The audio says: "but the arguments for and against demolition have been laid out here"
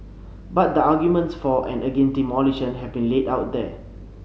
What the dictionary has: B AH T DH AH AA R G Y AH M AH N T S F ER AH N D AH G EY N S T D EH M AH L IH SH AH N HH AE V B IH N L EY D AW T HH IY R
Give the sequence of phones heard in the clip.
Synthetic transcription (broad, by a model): B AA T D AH AA G Y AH M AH N T S F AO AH N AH G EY N T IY M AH L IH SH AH N HH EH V B IH N L EY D AW T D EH